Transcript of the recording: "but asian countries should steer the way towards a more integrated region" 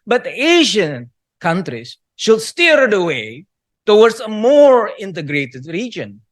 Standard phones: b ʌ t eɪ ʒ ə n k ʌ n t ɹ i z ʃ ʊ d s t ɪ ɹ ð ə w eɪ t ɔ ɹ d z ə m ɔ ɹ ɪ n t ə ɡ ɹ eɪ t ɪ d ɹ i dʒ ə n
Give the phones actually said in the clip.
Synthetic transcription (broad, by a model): b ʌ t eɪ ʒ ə n k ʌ n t ɹ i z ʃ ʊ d s t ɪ ɹ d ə w eɪ t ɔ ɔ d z ə m ɔ ɹ ɪ n t ə ɡ ɹ eɪ t ɪ d ɹ i dʒ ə n